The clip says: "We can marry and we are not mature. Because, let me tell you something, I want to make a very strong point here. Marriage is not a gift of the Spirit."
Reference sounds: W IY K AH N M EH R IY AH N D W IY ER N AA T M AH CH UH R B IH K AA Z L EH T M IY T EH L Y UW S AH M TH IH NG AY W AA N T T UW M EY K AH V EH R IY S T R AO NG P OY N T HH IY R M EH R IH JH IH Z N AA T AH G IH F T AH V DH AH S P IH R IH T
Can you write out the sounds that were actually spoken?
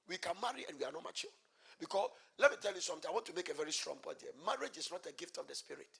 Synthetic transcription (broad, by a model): W IY K AH N M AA R IY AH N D W IY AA N AA T M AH CH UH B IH K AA S L EH T M IY T EH L Y UW S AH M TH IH AY W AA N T T UW M EY K AH V EH R IY S T R AO NG B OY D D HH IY M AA R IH JH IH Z N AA T AH G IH F T AH V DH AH S P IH R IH T